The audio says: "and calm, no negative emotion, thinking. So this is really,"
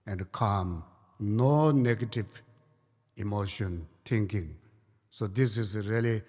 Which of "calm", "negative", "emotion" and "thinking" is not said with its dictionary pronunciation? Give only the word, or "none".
thinking